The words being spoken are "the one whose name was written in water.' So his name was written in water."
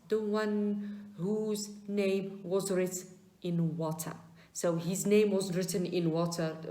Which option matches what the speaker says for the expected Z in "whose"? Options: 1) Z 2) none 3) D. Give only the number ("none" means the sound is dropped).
1